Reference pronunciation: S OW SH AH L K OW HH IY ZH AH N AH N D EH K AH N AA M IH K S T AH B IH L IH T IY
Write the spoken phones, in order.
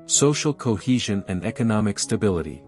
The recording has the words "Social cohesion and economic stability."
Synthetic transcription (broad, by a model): S OW SH L K OW HH IY ZH AH N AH N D EH K AH N AA M IH K S T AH B IH L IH T IY